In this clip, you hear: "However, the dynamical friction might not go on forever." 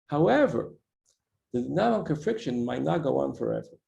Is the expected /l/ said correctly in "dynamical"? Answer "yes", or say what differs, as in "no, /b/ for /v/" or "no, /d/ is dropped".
no, /n/ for /l/